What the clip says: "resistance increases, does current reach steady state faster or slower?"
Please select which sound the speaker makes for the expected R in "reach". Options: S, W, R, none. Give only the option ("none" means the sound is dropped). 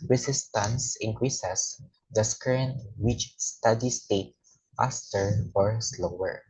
W